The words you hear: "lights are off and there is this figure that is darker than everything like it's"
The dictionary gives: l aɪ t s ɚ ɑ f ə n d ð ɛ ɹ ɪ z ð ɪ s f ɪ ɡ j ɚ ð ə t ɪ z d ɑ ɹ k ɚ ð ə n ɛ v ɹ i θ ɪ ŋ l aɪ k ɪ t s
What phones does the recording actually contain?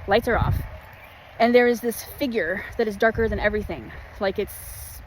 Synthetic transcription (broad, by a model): l aɪ t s ɚ ɑ f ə n ð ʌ ɹ ɪ z ð ɪ s f ɪ ɡ j ɚ ð ə t ɪ z d ɑ ɹ k ɚ ð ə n ɛ v ɹ i θ ɪ ŋ l aɪ k ɪ t s